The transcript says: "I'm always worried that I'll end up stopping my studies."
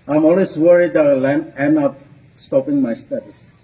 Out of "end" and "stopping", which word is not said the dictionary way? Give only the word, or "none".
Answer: end